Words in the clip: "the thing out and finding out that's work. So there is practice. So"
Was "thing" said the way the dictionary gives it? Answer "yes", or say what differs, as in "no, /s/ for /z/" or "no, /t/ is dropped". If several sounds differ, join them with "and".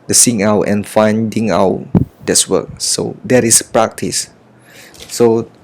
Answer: no, /s/ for /θ/